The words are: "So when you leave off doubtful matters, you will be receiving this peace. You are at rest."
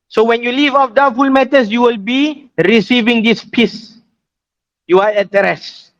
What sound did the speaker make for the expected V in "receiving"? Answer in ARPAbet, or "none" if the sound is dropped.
V